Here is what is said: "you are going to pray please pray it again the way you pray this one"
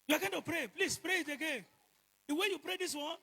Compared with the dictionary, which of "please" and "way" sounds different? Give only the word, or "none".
please